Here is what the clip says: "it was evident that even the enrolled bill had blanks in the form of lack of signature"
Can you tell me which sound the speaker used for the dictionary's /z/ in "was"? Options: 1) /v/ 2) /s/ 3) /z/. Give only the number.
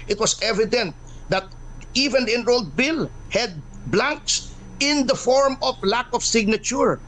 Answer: 2